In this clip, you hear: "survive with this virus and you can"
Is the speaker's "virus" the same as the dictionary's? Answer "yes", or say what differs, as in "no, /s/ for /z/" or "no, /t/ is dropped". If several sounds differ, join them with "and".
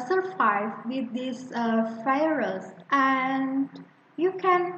no, /f/ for /v/